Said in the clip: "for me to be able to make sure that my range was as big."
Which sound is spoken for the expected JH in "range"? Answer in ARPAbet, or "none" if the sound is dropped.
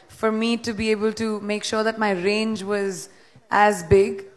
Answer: JH